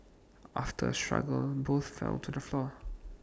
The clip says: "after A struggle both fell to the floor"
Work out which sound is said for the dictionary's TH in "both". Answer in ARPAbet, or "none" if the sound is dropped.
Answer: TH